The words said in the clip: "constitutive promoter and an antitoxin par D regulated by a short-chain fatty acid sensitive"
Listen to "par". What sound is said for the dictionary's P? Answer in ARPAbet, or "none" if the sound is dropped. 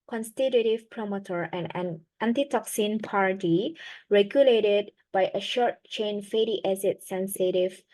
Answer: P